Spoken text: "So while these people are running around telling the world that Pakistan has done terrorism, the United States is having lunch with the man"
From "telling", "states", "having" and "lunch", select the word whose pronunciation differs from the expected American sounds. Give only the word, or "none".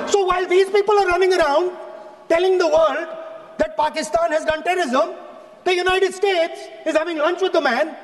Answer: none